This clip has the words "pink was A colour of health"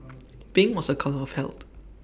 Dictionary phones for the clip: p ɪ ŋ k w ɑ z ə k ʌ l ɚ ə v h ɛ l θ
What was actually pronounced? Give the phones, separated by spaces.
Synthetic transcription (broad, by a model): b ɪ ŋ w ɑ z ə k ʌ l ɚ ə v h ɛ l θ